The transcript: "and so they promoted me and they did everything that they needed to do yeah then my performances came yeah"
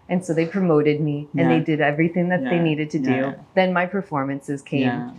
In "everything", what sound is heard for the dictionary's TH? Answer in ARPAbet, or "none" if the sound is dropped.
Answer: TH